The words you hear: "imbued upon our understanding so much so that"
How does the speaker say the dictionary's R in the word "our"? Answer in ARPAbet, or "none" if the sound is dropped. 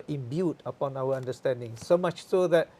W